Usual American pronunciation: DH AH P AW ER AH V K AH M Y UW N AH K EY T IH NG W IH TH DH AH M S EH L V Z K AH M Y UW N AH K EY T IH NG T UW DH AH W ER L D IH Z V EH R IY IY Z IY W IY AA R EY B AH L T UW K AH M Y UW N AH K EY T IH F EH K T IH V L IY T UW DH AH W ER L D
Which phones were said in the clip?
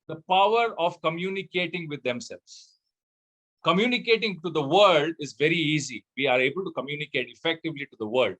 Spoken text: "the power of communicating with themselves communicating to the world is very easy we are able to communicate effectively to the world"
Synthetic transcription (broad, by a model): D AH P AW ER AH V K AH M Y UW N AH K EY T IH NG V IH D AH M S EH L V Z K AH M Y UW N AH K EY T IH NG T UW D AH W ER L D IH Z V EH R IY IY Z IY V IY AA R EY B AH L T UW K AH M Y UW N AH K EY T IH F EH K T IH V L IY T UW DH AH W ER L D